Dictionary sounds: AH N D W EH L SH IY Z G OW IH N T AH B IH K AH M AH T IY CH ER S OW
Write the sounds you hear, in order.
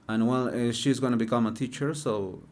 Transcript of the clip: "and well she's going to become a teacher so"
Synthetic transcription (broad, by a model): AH N W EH L SH IY Z G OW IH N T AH B IH K AH M AH T IY CH ER S OW